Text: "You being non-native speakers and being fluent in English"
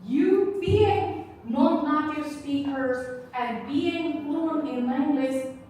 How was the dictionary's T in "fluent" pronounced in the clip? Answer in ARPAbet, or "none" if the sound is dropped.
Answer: none